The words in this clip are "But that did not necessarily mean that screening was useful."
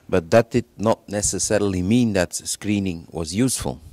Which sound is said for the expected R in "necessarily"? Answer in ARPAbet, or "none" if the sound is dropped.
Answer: R